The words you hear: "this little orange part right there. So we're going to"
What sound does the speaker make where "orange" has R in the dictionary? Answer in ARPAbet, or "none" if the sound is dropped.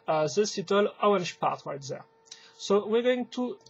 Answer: none